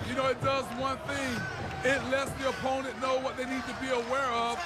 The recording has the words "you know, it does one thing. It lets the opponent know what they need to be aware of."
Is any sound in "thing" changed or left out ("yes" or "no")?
no